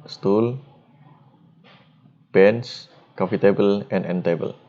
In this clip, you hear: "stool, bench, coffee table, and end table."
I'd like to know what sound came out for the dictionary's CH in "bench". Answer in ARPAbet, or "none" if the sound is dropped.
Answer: S